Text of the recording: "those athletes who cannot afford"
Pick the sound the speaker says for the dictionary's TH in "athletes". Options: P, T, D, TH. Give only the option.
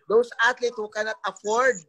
T